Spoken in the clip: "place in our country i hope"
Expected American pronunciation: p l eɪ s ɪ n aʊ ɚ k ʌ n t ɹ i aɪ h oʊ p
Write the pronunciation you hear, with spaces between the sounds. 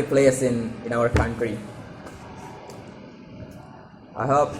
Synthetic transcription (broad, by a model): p l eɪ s ɪ n aʊ ɚ k ʌ n t ɹ i aɪ h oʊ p